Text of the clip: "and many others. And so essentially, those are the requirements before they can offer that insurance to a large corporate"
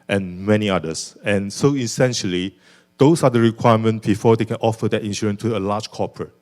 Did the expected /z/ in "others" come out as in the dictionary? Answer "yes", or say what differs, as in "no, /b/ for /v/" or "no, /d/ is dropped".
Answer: no, /s/ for /z/